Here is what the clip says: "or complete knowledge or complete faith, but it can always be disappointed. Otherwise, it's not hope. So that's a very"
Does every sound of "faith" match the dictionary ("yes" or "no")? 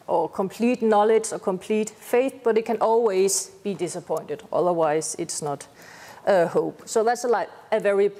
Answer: yes